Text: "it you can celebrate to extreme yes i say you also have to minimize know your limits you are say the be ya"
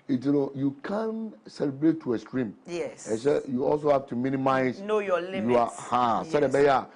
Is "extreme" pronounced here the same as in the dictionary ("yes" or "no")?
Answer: no